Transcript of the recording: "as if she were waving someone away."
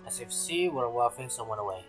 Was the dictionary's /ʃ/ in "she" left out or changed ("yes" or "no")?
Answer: yes